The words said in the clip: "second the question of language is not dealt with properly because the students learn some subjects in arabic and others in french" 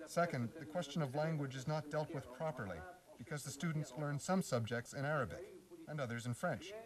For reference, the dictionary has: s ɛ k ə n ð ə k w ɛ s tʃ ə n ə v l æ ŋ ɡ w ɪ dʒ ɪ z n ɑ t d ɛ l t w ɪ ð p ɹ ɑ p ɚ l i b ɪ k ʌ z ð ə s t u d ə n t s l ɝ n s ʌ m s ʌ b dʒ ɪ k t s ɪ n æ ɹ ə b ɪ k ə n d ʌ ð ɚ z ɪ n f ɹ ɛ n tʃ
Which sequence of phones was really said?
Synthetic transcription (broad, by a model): s ɛ k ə n ð ə k w ɛ s tʃ ə n ə v l æ ŋ ɡ w ɪ dʒ ɪ z n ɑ t d ɛ l t w ɪ ð p ɹ ɑ p ɚ l i b ɪ k ʌ z ð ə s t u d n t s l ɝ n s ʌ m s ʌ b dʒ ɪ k t s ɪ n æ ɹ ə b ɪ k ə n ʌ ð ɚ z ɪ n f ɹ ɛ n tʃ